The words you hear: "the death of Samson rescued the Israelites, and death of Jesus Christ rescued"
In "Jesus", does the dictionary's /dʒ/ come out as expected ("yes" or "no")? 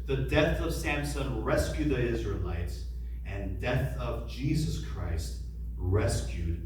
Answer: yes